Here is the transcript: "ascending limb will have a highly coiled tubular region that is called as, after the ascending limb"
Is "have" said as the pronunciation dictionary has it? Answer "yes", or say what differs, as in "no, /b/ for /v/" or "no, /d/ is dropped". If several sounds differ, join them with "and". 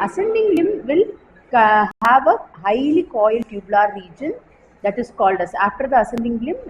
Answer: yes